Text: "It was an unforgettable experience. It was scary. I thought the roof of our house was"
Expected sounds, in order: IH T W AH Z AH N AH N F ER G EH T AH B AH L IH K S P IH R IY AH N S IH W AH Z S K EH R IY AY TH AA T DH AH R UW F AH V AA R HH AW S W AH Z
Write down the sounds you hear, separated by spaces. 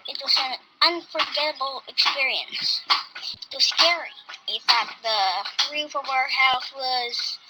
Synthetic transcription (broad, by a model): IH T W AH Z AH N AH N F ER G EH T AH B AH L IH K S P IH R IY AH N S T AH S K EH R IY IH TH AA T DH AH R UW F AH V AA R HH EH TH W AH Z